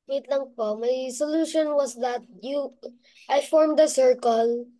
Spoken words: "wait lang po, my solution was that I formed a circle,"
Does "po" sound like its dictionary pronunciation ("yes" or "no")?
yes